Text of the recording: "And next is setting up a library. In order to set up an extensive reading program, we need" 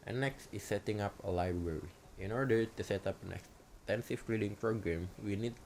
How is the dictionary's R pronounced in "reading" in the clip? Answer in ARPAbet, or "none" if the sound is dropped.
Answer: L